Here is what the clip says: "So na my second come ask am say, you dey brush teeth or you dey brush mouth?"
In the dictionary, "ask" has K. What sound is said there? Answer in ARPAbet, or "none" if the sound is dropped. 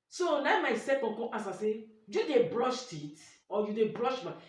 none